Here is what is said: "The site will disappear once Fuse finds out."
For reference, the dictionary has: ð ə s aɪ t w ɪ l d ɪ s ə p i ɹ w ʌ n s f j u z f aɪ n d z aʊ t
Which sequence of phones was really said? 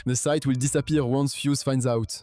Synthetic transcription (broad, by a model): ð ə s aɪ t w ɪ l d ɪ s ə p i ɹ w ʌ n s f j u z f aɪ n d z aʊ t